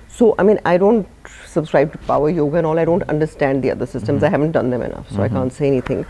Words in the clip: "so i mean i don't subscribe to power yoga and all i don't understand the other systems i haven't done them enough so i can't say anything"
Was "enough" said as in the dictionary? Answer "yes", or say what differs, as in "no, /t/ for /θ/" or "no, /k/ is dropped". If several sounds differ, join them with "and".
yes